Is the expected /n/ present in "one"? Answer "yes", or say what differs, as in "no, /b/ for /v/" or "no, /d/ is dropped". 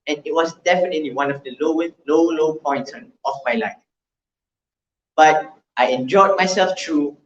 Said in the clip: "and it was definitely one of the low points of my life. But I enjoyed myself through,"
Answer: no, /l/ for /n/